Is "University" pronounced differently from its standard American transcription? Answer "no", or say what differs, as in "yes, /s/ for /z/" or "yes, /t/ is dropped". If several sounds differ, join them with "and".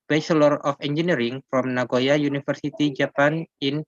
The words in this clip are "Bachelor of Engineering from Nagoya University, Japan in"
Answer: yes, /f/ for /v/